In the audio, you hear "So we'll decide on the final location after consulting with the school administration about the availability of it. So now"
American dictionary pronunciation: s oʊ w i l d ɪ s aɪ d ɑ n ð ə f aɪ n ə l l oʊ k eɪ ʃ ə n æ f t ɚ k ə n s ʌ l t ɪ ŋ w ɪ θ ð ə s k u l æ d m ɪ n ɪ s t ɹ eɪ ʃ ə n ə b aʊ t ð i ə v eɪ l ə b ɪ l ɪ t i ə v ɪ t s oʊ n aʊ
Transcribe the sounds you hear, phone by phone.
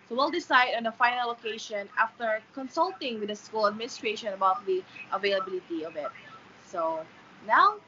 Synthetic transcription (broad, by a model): s oʊ w i l d ɪ s aɪ d ɑ n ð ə f aɪ n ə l l oʊ k eɪ ʃ ə n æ f t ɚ k ə n s ʌ l t ɪ ŋ w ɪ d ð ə s k u l æ d m ɪ n ɪ s t ɹ eɪ ʃ ə n ə b aʊ t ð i ə v eɪ l ə b ɪ l ɪ t i ə v ɪ t s oʊ n aʊ